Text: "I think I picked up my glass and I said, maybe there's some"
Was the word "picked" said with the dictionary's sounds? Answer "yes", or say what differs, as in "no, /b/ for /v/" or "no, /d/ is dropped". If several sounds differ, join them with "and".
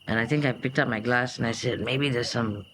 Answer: yes